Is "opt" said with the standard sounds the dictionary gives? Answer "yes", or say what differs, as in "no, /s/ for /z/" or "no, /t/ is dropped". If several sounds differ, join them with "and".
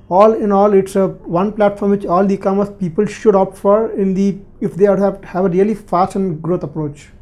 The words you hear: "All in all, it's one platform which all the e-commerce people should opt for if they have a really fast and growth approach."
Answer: yes